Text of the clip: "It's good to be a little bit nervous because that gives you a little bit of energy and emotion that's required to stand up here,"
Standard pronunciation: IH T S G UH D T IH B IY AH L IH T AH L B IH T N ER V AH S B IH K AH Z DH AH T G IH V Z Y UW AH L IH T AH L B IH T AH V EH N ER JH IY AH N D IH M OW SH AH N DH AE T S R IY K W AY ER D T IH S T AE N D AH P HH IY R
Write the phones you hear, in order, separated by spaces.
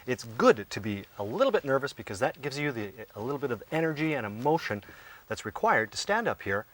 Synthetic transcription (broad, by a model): IH T S G UH D T IH B IY AH L IH T L B IH T N ER V AH S B IH K AH Z DH AH T G IH V Z Y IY AH L IH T L B IH T AH V EH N ER JH IY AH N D IH M OW SH AH N DH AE T S R IY K W AY ER D T IH S T AE N D AH P HH IY R